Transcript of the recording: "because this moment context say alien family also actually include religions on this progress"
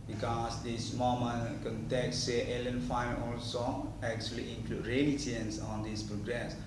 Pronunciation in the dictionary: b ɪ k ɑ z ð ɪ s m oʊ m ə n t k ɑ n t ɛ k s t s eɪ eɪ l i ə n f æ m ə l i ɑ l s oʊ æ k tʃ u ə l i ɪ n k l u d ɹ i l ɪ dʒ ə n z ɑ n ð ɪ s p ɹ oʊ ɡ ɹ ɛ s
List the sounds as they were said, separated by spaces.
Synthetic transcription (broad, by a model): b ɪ k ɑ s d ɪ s m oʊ m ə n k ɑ n t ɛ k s t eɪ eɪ l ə n f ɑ ə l ɑ l s oʊ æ k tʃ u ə l i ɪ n k l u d ɹ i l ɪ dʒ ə n s ɑ n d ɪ s p ɹ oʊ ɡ ɹ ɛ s